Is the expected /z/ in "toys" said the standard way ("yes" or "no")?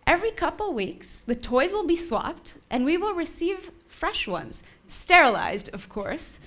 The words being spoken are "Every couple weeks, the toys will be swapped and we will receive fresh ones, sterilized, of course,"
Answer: yes